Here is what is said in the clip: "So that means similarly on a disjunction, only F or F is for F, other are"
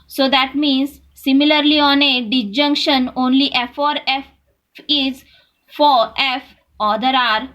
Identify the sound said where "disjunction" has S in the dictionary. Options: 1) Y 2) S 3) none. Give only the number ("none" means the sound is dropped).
3